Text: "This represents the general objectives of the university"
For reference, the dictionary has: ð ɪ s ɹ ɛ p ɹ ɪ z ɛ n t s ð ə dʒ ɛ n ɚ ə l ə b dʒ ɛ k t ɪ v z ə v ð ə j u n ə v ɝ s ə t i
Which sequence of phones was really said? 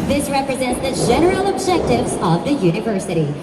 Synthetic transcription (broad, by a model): ð ɪ s ɹ ɛ p ɹ ɪ z ɛ n t s ð ə dʒ ɛ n ɚ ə l ə b dʒ ɛ k t ɪ v z ə v ð ə j u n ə v ɝ s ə t i